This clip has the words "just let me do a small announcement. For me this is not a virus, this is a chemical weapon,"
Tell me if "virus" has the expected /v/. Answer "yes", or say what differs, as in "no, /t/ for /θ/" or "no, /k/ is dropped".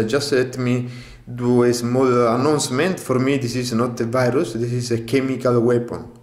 yes